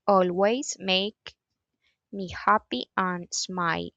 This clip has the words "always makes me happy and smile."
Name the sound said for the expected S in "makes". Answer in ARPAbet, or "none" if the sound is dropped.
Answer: none